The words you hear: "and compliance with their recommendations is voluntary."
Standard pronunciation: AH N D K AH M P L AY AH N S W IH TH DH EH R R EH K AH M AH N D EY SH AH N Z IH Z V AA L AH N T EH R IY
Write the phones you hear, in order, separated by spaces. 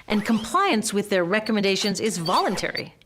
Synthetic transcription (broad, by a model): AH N K AH M P L AY AH N S W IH DH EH R R EH K AH M AH N D EY SH AH N Z IH Z V AA L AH N T EH R IY